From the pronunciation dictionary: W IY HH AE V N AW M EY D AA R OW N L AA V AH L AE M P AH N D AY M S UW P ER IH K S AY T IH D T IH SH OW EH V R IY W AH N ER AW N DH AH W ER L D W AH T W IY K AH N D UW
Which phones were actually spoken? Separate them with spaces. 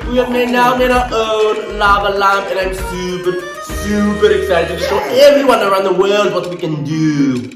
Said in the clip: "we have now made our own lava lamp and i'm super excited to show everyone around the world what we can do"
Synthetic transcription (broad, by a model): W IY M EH N AW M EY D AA OW N L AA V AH L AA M AH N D AY M S UW P ER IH K S AY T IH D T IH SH OW EH V R IY W AH N ER AW N DH AH W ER L D W AH T W IY K AH N D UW